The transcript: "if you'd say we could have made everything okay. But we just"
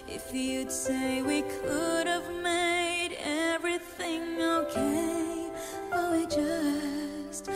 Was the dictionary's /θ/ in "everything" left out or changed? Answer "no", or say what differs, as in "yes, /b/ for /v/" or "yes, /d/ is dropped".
no